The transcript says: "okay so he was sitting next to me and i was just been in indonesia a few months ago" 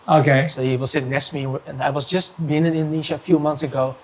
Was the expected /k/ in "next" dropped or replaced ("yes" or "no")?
yes